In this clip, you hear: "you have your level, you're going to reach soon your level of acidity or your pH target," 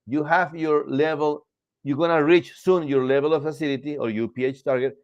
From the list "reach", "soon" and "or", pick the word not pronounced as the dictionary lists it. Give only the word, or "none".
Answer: none